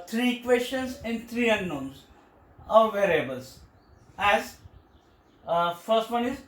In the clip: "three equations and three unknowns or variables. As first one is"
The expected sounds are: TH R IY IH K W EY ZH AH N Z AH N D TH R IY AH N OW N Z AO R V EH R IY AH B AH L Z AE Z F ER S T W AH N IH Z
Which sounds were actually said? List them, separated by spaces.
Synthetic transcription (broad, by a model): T R IY K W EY S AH N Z AH N D T R IY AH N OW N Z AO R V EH R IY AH B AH L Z AE Z F ER S T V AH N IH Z